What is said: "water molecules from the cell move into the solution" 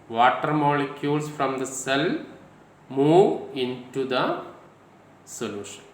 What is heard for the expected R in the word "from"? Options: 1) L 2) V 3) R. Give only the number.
3